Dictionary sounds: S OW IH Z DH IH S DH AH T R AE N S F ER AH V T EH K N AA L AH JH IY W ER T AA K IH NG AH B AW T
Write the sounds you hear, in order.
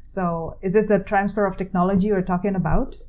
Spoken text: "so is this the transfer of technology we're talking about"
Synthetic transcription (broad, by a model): S OW IH Z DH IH S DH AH T R AE N S F ER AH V T EH K N AA L AH JH IY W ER T AA K IH NG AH B AW T